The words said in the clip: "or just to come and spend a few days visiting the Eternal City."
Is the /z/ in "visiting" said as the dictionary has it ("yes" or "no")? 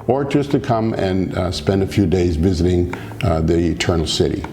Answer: yes